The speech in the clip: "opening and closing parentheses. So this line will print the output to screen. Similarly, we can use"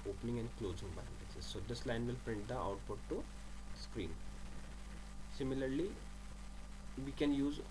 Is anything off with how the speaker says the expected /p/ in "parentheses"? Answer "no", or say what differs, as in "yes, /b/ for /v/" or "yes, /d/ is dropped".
yes, /b/ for /p/